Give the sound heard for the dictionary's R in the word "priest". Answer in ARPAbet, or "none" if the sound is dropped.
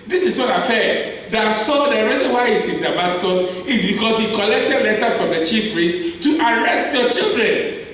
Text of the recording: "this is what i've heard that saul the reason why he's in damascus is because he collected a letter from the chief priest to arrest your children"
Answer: R